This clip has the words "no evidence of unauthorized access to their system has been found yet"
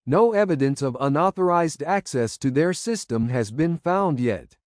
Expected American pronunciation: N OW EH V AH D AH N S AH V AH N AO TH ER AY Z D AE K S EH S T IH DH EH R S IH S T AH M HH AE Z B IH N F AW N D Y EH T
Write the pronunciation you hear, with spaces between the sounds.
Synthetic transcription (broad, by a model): N OW EH V AH D AH N S AH V AH N AO TH ER AY Z D AE K S EH S T IH DH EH R S IH S T AH M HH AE Z B IH N F AW N D Y EH T